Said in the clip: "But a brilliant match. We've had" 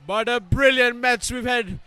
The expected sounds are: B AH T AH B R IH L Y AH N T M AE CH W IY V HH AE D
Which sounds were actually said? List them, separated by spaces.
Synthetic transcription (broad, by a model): B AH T AH B R IH L Y AH N T M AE S W IY V HH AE D